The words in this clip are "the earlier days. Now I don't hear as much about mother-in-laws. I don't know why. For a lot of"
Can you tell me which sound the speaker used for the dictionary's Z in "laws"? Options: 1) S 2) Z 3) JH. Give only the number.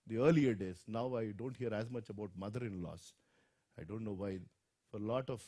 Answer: 1